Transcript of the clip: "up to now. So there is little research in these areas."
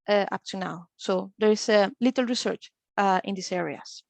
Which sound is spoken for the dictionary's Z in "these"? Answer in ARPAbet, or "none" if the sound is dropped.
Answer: S